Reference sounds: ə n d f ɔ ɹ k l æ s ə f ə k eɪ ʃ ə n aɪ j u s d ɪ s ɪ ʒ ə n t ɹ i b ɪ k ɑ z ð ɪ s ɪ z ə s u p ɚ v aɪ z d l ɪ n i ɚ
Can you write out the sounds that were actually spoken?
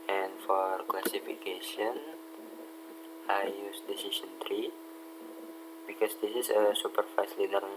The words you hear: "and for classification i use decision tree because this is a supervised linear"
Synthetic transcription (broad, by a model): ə n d f ɔ ɹ k l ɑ s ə f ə k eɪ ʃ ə n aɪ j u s d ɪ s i s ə n t ɹ i b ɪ k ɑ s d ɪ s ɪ s ə s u p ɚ f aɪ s l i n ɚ